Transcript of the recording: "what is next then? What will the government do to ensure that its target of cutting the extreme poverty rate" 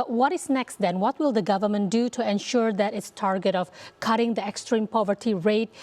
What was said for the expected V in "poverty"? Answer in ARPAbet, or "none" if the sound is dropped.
V